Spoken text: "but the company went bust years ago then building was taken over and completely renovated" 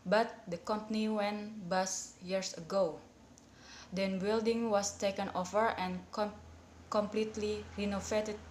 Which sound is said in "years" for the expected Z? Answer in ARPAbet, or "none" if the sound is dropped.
S